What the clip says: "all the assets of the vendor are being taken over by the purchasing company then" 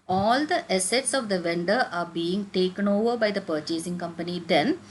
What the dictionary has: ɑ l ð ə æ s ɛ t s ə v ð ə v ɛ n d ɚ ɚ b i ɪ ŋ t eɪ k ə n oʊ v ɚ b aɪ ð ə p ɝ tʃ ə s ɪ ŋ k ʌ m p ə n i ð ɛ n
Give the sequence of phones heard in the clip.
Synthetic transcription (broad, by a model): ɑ l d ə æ s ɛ t s ə v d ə v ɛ n d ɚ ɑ b i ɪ ŋ t eɪ k ə n oʊ v ɚ b aɪ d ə p ɝ tʃ ə s ɪ ŋ k ʌ m p ə n i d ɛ n